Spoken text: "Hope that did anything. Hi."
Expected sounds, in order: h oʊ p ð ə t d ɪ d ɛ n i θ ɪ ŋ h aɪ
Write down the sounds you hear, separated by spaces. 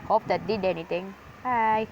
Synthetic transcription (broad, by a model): h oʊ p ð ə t d ɪ d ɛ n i t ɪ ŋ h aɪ